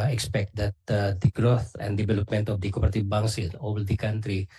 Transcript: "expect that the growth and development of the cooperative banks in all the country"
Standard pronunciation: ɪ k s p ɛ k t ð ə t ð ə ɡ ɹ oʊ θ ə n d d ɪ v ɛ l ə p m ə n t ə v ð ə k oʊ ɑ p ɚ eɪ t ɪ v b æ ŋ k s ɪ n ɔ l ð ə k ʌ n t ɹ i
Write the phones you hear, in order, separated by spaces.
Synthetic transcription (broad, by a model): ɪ k s p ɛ k t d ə t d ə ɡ ɹ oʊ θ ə n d d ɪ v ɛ l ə p m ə n t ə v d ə k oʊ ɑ p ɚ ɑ t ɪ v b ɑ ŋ s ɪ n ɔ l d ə k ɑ n t ɹ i